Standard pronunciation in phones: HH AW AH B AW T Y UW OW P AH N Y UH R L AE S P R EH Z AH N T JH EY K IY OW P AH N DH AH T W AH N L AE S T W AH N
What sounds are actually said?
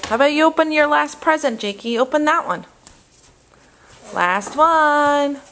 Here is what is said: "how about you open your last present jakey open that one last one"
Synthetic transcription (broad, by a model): HH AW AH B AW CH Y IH OW P AH N Y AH R L AE S P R EH Z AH N JH EY K IY OW P AH N DH AH T W AH N L AE S T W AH N